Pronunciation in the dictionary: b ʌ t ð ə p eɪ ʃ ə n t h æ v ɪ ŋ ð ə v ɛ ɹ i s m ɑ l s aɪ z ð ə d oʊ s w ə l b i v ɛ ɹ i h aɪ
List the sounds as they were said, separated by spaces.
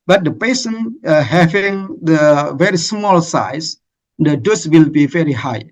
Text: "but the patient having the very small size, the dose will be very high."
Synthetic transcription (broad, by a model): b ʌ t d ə p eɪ s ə n h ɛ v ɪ ŋ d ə v ɛ ɹ i s m ɑ l s aɪ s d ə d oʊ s w ə l b i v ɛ ɹ i h aɪ